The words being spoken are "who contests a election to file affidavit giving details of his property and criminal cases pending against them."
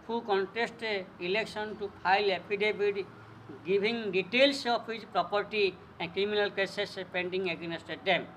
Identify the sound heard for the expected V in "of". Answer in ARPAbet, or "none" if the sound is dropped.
P